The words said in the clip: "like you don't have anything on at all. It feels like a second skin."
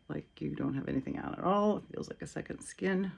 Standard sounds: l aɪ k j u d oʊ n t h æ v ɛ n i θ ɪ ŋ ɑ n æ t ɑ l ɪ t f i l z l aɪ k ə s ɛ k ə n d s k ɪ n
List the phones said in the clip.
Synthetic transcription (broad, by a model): l aɪ k j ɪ d oʊ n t h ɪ v ɛ n i θ ɪ ŋ ɑ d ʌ t ɑ l ɪ t f i l z l aɪ k ə s ɛ k ə n d s k ɪ n